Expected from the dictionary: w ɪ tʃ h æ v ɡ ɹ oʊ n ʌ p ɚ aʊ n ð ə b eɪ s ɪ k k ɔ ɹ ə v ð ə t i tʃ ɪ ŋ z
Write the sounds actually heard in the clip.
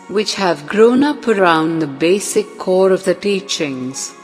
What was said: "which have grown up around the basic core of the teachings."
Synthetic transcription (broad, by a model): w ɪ tʃ h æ v ɡ ɹ oʊ n ʌ p ɚ aʊ n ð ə b eɪ s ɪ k k ɔ ɹ ə v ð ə t i tʃ ɪ ŋ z